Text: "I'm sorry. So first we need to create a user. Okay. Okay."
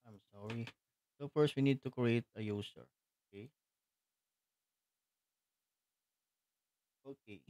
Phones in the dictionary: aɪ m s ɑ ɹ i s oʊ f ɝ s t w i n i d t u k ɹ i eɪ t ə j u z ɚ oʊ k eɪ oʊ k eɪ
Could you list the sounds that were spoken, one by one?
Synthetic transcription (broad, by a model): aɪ m s ɑ ɹ i s oʊ f ɝ s t w i n i d t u k ɹ i eɪ t ə j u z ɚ oʊ k eɪ oʊ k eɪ